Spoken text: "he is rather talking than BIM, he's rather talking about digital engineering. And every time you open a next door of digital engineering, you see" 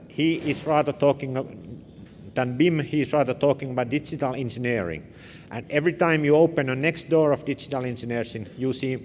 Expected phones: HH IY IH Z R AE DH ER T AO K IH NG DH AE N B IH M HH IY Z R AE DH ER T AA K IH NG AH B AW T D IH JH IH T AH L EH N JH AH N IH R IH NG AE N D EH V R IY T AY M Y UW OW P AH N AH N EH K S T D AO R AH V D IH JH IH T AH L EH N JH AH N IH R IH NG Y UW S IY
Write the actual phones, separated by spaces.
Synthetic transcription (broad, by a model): HH IY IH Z R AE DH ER T AO K IH NG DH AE N B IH M HH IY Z R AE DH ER T AA K IH NG AH B AW T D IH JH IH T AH L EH N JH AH N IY R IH NG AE N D EH V R IY T AY M Y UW OW P AH N AH N EH K S T D AO R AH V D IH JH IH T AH L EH N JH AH N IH R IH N Y UW S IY